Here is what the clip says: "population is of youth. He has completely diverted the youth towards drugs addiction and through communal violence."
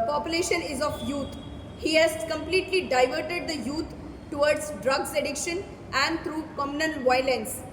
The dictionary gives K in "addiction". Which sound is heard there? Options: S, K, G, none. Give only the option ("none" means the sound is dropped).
K